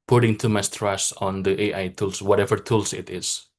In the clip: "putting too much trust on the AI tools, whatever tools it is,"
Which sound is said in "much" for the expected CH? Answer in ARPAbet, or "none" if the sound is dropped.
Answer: S